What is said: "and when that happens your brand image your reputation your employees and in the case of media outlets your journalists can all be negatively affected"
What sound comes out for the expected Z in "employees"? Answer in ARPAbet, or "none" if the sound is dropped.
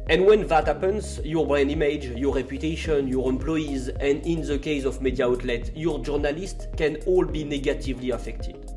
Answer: Z